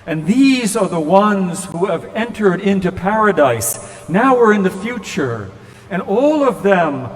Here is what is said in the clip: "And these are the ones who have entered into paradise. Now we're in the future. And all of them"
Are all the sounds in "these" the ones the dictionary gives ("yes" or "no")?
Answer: yes